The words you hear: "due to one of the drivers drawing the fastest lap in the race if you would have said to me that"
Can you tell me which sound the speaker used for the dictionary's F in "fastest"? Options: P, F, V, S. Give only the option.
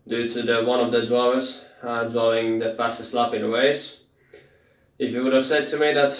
F